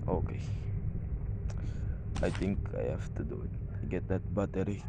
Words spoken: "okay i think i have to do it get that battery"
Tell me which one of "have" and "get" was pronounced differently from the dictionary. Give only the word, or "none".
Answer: have